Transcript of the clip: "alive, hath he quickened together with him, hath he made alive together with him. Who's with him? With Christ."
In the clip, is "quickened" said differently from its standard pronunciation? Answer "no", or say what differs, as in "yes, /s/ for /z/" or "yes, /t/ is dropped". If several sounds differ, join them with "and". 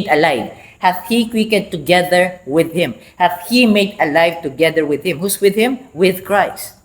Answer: yes, /n/ is dropped